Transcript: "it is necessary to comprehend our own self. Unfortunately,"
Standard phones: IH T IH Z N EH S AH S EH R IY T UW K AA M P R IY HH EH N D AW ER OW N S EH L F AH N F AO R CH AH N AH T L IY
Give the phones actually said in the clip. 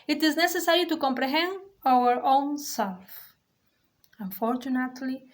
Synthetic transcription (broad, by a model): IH T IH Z N EH S AH S EH R IY T UW K AA M P R IY HH EH N D AW ER OW N S EH L F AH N F AO R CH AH N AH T L IY